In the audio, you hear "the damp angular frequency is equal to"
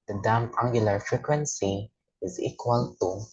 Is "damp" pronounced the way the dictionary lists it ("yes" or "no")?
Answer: no